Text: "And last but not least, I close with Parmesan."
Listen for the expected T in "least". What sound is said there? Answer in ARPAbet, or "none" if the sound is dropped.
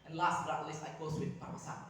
none